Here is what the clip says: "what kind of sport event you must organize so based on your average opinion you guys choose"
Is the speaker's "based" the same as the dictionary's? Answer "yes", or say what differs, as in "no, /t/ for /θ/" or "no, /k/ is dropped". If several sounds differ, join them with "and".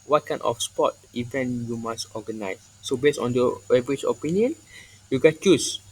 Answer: no, /t/ is dropped